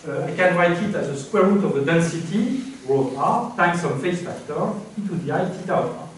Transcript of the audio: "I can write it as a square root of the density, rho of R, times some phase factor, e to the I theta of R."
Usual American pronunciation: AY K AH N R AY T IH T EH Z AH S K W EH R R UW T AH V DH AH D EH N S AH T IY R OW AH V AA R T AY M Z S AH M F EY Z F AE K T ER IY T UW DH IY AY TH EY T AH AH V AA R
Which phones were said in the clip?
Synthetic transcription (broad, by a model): AY K AH N R AY T IH T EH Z AH S K W EH R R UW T AH V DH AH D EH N S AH T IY R OW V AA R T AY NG S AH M F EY S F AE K T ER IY T UW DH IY AY T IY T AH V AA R